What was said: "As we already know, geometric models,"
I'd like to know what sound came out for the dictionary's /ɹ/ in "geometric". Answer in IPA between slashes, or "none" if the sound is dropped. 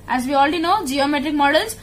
/ɹ/